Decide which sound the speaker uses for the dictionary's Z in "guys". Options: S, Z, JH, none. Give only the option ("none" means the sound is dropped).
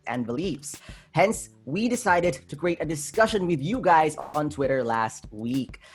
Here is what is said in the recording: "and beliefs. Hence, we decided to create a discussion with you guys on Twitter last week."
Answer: Z